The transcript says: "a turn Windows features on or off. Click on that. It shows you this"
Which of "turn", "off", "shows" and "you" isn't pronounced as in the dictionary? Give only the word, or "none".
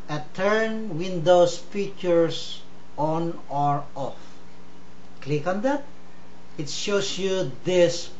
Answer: shows